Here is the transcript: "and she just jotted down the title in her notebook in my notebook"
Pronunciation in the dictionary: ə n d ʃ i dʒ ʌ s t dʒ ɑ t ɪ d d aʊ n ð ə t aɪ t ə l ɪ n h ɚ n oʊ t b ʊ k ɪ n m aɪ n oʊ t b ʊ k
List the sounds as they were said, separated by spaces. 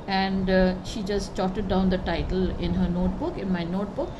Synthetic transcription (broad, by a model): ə n d ʃ i dʒ ʌ s t tʃ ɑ t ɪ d d aʊ n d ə t aɪ t ə l ɪ n h ɚ n oʊ t b ʊ k ɪ n m aɪ n oʊ t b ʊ k